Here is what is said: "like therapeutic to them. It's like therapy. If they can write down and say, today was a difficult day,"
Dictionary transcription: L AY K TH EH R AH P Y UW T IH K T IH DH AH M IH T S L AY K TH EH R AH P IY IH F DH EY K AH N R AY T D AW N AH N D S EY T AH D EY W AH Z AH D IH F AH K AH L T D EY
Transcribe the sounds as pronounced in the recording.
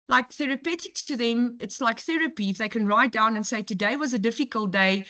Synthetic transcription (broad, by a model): L AY K TH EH R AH P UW T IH K T IH DH AH M IH T S L AY K TH EH R AH P IY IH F DH EY K AH N R AY T D AW N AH N S EY T AH D EY W AH Z AH D IH F AH K AH L T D EY